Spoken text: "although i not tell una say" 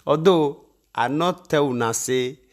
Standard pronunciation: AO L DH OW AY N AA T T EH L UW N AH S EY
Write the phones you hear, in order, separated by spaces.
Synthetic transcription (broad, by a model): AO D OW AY N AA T T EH W UW N AH S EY